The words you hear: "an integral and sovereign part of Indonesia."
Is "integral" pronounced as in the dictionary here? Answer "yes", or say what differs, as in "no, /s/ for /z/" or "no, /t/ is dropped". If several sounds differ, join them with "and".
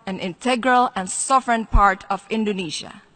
yes